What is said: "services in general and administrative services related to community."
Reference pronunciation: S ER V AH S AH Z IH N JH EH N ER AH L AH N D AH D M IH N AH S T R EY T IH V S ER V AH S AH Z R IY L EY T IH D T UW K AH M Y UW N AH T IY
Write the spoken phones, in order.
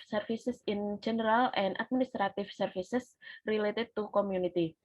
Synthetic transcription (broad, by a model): S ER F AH S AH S IH N JH EH N ER AH L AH N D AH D M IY N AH S T R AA T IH F S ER F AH S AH S R IY L EY T IH D T UW K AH M Y UW N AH T IY